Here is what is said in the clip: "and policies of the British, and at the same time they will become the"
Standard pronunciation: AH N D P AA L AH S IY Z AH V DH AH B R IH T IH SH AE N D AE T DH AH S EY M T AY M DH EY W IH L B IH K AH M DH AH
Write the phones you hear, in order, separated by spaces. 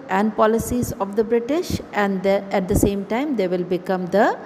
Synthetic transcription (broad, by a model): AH N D P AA L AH S IY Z AH V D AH B R IH T IH SH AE N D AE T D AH S EY M T AY M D EY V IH L B IH K AH M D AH